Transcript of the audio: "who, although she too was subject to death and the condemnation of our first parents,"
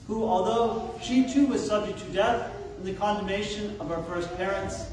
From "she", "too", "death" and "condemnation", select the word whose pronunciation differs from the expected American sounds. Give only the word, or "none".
none